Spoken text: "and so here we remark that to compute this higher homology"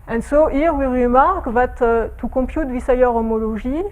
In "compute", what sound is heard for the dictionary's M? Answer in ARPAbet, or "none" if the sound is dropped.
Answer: none